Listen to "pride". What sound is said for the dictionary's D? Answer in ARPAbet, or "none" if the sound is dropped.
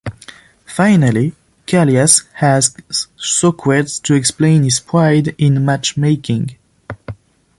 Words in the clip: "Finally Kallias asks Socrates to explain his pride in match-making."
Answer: D